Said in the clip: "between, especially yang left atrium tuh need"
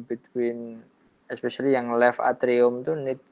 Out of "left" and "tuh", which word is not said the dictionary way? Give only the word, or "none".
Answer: left